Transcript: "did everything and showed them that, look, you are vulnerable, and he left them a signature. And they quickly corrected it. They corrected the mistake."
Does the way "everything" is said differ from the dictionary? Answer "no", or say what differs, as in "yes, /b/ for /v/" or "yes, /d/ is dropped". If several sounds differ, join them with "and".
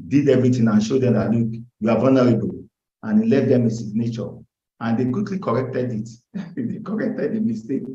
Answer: yes, /t/ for /θ/